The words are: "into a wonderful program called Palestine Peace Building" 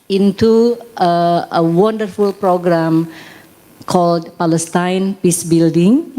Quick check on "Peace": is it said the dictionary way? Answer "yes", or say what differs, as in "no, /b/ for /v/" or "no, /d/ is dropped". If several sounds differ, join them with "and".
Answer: yes